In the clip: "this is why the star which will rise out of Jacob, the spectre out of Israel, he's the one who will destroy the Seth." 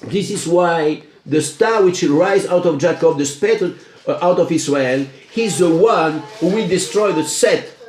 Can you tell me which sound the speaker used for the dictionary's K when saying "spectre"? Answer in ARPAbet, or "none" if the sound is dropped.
none